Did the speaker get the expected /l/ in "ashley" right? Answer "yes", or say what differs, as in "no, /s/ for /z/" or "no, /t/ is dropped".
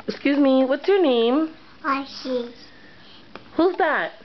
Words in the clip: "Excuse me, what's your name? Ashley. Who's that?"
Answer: no, /l/ is dropped